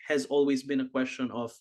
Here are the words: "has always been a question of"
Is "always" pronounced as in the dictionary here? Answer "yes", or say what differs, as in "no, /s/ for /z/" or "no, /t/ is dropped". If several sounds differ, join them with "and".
yes